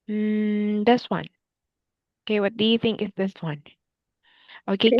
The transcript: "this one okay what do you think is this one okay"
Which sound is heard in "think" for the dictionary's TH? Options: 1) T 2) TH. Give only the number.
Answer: 2